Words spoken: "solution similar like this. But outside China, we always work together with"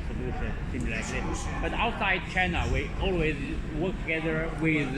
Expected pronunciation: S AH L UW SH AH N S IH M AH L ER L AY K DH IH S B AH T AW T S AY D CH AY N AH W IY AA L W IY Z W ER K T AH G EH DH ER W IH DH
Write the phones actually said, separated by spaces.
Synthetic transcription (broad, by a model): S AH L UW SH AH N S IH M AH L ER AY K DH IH B AH T AW T S AY D CH AY N AH W IY AA L W IY Z W ER K T AH G EH DH ER W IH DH